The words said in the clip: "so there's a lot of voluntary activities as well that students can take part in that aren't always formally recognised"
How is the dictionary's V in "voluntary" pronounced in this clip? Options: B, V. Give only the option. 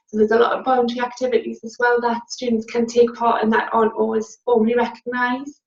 B